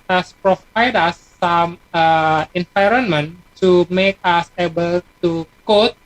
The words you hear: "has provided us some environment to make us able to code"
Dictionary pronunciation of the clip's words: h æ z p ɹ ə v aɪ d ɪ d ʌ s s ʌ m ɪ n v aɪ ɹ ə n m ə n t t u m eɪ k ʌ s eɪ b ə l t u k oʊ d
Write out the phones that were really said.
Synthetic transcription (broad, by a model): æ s p ɹ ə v aɪ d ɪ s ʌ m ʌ ɪ n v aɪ ɹ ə n m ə n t t u m eɪ k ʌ s eɪ b ə l t u k oʊ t